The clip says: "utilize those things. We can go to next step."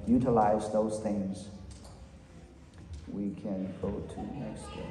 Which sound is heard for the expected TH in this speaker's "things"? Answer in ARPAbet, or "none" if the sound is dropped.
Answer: TH